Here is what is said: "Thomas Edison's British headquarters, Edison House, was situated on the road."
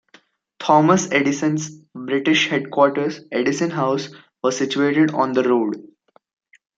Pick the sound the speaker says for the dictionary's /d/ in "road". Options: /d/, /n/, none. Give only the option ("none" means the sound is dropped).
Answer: /d/